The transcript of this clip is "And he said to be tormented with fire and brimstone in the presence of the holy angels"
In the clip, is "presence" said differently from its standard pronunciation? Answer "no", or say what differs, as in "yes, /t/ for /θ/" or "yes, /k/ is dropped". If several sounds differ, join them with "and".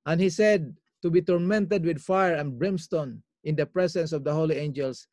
yes, /s/ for /z/